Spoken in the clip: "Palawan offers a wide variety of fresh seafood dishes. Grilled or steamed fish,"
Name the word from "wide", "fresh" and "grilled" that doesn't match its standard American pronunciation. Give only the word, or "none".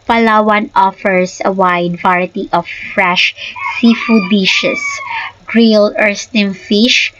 grilled